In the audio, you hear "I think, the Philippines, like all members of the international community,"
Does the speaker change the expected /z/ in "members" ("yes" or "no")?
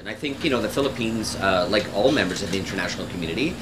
no